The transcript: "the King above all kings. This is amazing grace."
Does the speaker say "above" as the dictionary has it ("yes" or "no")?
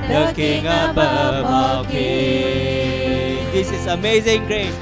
no